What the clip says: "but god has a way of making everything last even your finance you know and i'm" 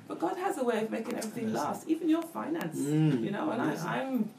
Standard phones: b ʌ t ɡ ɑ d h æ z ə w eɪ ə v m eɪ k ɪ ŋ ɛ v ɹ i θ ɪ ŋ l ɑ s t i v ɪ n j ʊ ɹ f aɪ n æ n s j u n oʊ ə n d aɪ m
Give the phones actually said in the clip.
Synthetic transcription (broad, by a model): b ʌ t ɡ ɑ d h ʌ z ə w eɪ ə v m eɪ k ɪ ŋ ɛ v ɹ i θ ɪ ŋ l ɑ s t i v ɪ n j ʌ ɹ f aɪ n æ n s j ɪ n oʊ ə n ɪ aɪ m